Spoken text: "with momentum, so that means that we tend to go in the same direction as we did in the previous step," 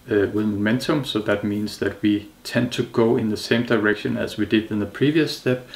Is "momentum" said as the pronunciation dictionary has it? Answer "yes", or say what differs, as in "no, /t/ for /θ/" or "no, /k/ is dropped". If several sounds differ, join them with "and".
yes